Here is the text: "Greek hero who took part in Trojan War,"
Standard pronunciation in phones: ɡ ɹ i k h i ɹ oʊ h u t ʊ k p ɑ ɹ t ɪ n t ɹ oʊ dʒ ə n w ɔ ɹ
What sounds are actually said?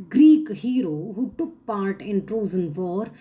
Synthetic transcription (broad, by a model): ɡ ɹ i k h i ɹ oʊ h u t ʊ k p ɑ ɹ t ɪ n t ɹ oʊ z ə n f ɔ ɹ